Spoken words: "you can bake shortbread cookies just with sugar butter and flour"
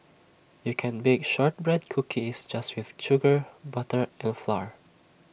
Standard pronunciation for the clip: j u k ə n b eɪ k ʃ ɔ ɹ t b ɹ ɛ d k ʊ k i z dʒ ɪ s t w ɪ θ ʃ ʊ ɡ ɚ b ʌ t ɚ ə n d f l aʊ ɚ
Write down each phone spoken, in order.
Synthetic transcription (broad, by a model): j u k ə n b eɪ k ʃ ɔ ɹ t b ɹ ɛ d k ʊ k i s dʒ ɪ s t w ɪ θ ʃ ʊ ɡ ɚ b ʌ t ɚ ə n f l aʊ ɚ